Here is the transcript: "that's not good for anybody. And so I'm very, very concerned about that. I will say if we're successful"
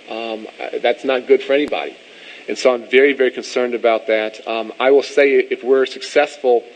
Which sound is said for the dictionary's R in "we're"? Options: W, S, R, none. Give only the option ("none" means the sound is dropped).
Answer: R